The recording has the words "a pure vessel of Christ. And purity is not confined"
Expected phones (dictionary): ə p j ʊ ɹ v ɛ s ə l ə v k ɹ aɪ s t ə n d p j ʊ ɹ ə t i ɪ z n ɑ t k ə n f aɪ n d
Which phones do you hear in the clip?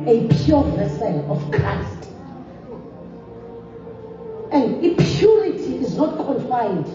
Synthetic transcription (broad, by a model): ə p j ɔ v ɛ s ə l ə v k aɪ s t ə n d p j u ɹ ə t i ɪ z n ɑ t k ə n f aɪ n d